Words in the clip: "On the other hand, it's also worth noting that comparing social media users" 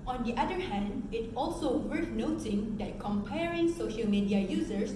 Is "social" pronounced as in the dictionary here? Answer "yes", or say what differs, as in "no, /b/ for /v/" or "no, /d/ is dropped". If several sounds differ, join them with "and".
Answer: yes